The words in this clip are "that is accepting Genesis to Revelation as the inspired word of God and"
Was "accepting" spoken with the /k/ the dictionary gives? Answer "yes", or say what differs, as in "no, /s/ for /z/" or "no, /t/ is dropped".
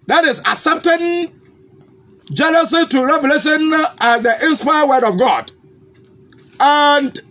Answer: no, /k/ is dropped